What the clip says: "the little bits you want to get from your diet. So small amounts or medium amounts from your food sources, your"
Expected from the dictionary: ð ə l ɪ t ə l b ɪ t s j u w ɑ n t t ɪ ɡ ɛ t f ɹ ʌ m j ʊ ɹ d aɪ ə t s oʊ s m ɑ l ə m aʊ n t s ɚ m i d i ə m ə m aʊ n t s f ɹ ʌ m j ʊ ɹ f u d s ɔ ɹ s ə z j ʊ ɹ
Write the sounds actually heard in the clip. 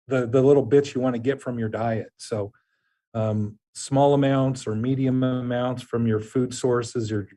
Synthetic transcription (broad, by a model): ð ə l ɪ t l b ɪ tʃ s j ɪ w ɑ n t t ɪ ɡ ɛ t f ɹ ʌ m j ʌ ɹ d aɪ ə t s oʊ s m ɑ l ə m aʊ n t s ɚ m i d i ə m ə m aʊ n t s f ɹ ʌ m j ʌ ɹ f u d s ɔ ɹ s ə z j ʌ ɹ